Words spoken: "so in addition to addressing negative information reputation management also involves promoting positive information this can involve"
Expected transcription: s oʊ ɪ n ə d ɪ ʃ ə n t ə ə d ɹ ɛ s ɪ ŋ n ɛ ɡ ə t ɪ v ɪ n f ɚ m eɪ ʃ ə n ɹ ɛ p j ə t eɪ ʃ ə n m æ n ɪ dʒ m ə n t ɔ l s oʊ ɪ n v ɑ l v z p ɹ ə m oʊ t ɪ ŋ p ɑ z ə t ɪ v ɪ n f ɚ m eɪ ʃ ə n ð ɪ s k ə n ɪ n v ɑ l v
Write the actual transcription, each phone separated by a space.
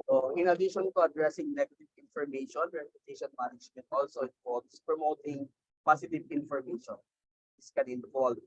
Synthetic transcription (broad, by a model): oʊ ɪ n ə d ɪ ʃ ə n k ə ə d ɹ ɛ s ɪ ŋ n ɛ ɡ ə t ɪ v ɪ n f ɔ m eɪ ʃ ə n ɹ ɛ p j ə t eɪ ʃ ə n m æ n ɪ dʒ m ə n t ɔ l s oʊ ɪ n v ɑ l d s p ɹ ə m oʊ t ɪ ŋ p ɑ s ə t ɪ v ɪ n f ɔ m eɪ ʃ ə n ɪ s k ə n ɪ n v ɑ l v